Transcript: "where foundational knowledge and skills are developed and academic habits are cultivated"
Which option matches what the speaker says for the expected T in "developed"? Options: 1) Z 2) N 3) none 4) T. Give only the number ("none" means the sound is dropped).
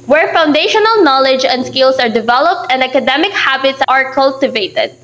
4